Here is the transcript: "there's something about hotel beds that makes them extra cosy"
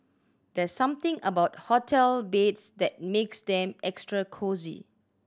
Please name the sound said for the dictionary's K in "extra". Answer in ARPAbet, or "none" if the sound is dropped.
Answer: K